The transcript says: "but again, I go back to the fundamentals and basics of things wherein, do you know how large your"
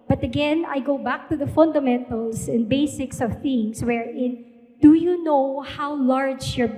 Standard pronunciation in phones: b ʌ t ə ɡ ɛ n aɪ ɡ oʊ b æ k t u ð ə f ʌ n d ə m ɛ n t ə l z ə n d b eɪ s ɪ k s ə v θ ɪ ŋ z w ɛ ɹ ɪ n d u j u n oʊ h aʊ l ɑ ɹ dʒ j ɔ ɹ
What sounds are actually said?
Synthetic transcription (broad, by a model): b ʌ t ə ɡ ɛ n aɪ ɡ oʊ b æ k t u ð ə f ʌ n d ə m ɛ n t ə l s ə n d b eɪ s ɪ k s ə v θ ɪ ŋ s w ɛ ɹ ɪ n d u j u n oʊ h aʊ l ɑ ɹ dʒ j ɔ ɹ